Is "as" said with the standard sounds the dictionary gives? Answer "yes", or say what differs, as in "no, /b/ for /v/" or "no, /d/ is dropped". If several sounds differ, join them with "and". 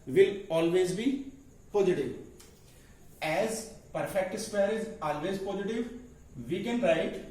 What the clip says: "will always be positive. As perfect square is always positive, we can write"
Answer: yes